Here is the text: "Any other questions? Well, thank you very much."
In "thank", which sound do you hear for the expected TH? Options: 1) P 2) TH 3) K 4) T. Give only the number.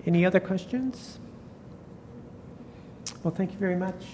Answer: 2